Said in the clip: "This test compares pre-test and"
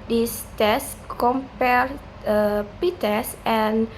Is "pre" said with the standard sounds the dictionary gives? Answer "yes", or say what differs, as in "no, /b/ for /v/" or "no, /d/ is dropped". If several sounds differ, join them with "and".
no, /ɹ/ is dropped